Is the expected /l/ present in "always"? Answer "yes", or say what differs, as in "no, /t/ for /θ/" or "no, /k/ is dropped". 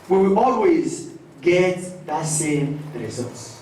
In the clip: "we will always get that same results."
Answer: yes